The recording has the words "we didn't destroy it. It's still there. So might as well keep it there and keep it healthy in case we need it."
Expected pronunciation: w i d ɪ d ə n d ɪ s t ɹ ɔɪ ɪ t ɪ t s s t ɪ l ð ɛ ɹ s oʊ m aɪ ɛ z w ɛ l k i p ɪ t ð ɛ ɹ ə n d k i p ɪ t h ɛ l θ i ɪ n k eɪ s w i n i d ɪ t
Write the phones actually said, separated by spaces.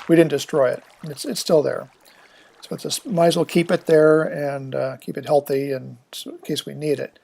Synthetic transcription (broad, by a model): w i d ɪ d n d ɪ s t ɹ ɔɪ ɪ t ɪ t s s t ɪ l ð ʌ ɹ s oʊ m aɪ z w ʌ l k i p ɪ t ð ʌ ɹ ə n k i p ɪ t h ɛ l θ i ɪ n k eɪ s w i n i d ɪ t